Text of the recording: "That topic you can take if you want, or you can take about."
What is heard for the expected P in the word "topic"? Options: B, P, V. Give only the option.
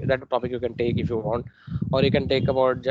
B